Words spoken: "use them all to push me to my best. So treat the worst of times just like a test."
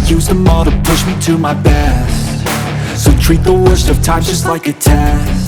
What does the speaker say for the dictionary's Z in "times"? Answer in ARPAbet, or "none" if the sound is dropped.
none